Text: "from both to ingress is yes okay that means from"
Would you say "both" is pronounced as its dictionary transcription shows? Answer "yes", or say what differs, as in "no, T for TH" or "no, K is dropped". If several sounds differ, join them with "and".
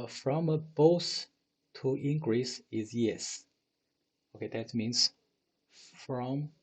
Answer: no, S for TH